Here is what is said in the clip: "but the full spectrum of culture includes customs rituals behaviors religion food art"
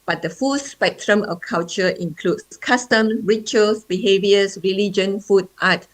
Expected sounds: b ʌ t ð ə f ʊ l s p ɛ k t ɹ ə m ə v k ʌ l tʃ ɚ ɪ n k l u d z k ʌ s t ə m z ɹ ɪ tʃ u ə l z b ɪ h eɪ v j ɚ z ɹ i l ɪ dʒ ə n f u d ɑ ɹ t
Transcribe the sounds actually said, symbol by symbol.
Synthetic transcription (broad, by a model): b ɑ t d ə f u s p ɛ k t ɹ ə m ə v k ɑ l tʃ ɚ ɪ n k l u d s k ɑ s t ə m ɹ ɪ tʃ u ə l s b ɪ h eɪ v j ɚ s ɹ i l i dʒ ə n f u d ɑ t